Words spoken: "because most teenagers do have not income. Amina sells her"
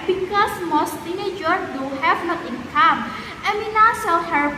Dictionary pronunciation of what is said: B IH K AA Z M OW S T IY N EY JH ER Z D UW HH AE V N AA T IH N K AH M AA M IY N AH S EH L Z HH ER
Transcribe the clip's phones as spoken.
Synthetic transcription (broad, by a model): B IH K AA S M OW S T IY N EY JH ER D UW HH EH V N AA T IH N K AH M AA M IY N AH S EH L HH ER